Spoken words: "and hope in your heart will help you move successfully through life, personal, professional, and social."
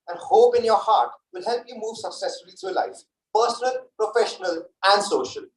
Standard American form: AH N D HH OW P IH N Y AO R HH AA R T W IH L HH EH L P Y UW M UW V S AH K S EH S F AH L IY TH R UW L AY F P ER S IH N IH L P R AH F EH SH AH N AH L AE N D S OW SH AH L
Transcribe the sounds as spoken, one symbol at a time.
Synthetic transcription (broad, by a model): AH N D HH OW P IH N Y AO R HH AA R T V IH L HH EH L P Y UW M UW V S AH K S EH S F AH L IY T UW L AY F P ER S IH N IH L P R AH F EH SH AH N AH L AE N D S OW SH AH L